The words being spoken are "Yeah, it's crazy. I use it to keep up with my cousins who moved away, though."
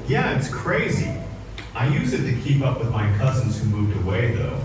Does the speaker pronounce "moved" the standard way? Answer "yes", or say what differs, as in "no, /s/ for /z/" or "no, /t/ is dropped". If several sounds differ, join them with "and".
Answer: yes